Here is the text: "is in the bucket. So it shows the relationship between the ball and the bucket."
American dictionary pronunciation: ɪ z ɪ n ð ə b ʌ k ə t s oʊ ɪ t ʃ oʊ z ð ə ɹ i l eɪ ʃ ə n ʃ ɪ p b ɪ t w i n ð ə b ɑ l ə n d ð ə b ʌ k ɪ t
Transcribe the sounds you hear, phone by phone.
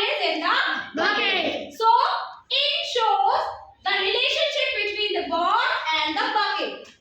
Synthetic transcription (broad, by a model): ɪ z ɪ n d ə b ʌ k s oʊ ɪ t ʃ oʊ z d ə ɹ i l eɪ ʃ ə n ʃ ɪ p b ɪ t w i n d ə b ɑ n ə n d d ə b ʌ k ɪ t